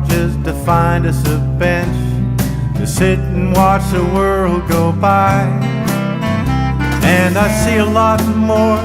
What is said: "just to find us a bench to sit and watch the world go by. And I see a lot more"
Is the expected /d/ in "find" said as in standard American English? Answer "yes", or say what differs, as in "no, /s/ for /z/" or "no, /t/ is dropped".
yes